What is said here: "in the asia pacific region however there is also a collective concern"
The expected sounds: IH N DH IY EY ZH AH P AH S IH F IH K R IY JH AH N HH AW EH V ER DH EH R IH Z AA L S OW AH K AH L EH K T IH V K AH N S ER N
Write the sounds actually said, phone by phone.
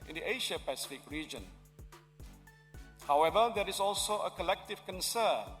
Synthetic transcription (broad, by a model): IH N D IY EY SH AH P AH S IH F IH K R IY JH AH N HH AW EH V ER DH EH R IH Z AA L S OW AH K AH L EH K T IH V K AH N S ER N